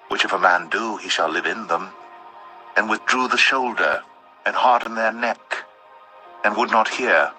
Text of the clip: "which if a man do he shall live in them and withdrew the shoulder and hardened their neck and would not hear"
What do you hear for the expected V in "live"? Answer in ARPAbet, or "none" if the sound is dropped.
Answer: V